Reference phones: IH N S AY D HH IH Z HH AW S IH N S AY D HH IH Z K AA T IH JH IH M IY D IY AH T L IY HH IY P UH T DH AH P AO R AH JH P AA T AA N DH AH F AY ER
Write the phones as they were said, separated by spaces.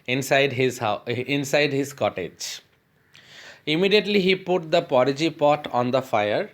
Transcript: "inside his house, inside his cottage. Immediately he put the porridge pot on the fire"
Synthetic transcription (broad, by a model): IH N S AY D HH IH Z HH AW IH N S AY D HH IH Z K AA T IH JH IH M IY D IY AH T L IY HH IY P UH T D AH P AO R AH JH P AA T AA N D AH F AY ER